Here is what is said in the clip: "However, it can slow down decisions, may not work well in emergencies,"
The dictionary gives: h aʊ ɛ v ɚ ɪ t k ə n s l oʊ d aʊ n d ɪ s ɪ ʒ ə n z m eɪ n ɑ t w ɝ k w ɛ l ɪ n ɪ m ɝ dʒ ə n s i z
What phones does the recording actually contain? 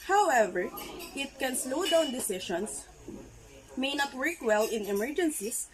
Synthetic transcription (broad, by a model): h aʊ ɛ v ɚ ɪ t k ə n s l oʊ d aʊ n d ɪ s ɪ ʃ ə n s m eɪ n ɑ t w ɝ k w ɛ l ɪ n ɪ m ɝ dʒ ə n s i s